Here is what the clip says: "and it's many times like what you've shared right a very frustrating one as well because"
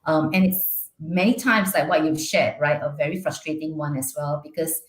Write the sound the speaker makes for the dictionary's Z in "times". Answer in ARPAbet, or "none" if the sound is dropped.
S